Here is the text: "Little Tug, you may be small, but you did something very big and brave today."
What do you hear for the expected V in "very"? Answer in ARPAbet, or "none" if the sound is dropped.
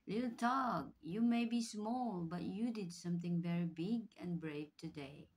V